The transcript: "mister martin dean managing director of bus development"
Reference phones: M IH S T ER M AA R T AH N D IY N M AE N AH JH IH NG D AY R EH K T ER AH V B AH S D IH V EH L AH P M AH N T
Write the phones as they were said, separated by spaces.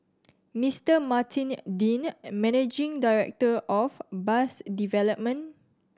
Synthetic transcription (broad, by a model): M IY S T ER M AA T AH N D IY N M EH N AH JH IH NG D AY R EH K T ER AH F B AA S D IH V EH L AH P M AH N